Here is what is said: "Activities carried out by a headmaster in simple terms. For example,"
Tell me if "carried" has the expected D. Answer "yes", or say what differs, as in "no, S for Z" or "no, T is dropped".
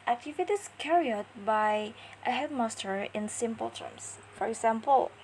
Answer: no, D is dropped